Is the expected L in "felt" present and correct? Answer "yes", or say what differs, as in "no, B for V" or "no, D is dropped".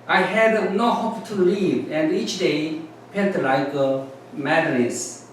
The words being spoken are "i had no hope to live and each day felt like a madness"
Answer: no, N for L